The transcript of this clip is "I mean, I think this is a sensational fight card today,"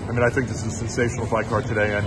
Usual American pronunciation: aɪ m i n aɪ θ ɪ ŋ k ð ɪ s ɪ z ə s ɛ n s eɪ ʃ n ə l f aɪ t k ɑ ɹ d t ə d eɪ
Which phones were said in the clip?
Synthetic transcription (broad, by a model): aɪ m i n aɪ θ ɪ ŋ k ð ɪ s ɪ z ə s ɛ n s eɪ ʃ n l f aɪ k ɑ ɹ d t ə d eɪ